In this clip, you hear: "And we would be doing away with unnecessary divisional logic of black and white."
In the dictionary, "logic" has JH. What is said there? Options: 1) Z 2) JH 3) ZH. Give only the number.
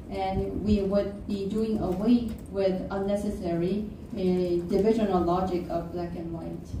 2